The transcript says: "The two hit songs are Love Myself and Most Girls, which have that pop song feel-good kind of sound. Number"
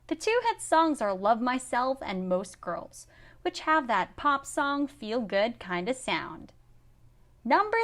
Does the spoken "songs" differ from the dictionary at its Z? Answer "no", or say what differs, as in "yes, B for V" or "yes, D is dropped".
no